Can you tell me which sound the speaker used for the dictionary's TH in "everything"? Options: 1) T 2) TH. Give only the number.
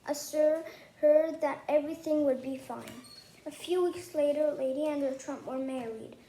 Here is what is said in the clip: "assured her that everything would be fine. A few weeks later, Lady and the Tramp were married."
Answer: 2